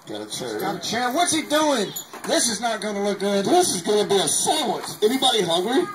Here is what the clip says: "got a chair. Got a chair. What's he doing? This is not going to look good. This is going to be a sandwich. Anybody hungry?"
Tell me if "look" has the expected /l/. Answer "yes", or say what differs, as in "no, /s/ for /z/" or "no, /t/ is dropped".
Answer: yes